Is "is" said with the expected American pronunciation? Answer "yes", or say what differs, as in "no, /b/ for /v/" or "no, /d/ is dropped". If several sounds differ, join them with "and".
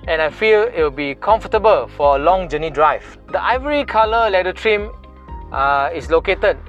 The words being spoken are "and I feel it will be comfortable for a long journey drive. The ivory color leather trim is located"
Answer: no, /s/ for /z/